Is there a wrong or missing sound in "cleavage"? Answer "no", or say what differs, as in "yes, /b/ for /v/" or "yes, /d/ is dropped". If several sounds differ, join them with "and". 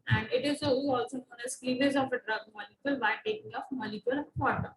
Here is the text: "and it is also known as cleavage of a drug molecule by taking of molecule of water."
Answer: yes, /z/ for /dʒ/